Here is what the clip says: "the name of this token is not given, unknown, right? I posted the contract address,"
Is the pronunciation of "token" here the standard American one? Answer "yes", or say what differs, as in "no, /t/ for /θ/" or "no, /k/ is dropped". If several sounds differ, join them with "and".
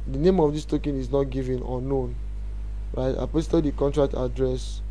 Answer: yes